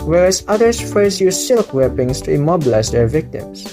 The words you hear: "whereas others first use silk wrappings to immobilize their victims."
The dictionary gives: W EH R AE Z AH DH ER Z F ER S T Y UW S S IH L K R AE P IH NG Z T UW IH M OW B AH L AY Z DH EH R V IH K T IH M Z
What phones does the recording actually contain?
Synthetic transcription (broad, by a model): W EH R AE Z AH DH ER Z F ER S Y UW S S IH L K W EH P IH NG S T UW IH M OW B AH L AY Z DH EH R V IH K T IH M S